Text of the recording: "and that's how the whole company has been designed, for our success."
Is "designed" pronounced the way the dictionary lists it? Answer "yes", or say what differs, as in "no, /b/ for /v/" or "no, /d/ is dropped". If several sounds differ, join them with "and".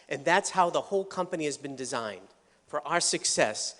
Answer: yes